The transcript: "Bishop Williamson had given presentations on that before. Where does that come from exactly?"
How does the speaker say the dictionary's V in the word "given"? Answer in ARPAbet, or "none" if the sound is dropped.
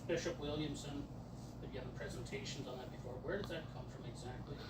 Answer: none